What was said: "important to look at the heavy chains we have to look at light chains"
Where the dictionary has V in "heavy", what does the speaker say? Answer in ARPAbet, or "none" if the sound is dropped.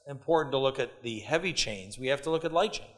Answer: V